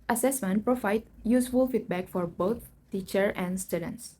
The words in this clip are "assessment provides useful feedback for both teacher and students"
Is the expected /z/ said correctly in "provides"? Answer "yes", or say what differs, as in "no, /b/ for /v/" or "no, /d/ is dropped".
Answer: no, /z/ is dropped